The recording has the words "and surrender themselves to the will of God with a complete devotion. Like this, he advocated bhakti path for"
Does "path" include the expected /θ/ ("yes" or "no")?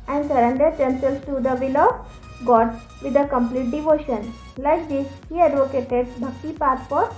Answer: no